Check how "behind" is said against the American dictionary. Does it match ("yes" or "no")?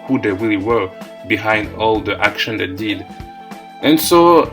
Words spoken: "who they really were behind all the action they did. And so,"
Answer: yes